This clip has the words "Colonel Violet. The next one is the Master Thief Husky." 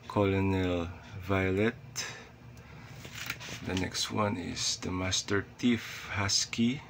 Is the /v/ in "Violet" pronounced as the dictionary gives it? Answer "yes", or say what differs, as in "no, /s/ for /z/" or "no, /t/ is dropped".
yes